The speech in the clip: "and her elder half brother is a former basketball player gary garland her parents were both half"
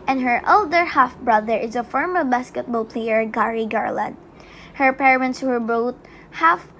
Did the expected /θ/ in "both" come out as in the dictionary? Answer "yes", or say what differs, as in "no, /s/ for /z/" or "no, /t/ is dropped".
no, /t/ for /θ/